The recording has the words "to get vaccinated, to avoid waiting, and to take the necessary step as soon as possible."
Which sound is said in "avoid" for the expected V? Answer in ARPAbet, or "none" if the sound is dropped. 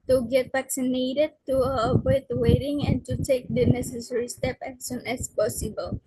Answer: W